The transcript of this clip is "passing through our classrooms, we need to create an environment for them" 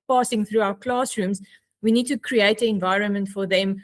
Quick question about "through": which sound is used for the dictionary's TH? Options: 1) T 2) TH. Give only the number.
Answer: 2